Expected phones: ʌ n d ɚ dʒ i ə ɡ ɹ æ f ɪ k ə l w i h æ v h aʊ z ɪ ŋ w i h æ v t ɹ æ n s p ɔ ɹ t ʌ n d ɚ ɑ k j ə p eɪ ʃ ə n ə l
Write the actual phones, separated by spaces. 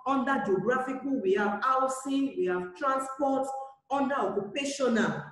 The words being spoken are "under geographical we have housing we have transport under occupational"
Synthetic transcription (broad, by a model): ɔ n d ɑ dʒ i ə ɡ ɹ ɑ f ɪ k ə w i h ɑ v aʊ s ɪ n w i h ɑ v t ɹ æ n s p ɔ t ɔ n d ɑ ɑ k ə p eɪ ʃ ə n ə